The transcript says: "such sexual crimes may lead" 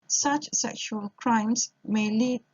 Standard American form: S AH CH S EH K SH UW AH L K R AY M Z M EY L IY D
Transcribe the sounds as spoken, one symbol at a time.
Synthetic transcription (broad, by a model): S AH CH S EH K SH UW AH L K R AY M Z M EY L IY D